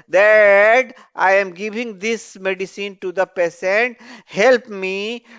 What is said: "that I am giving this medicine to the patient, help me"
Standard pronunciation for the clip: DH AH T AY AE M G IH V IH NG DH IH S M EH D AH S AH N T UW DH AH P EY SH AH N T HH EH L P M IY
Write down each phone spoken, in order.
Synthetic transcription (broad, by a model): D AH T AY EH M G IH V IH NG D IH S M EH D AH S AH N T UW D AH P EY S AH N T HH EH L P M IY